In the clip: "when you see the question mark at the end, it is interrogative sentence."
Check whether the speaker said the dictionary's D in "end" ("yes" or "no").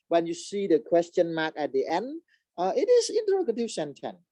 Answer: yes